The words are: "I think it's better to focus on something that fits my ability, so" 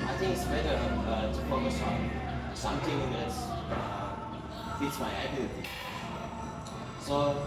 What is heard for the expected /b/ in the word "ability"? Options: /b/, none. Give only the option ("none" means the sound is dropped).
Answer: none